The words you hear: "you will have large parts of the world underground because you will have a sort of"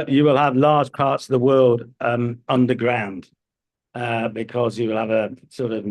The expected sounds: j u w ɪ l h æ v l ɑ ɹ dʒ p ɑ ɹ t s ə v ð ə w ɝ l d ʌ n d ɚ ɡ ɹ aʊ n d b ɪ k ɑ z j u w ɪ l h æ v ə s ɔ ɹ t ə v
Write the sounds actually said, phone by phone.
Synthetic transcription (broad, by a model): j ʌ w ɪ l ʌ v l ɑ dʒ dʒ p ɑ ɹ t s ə v ð ə w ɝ l d ʌ n d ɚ ɡ ɹ aʊ n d b ɪ k ɑ z j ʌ w ɪ l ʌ v ə s ɔ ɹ t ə v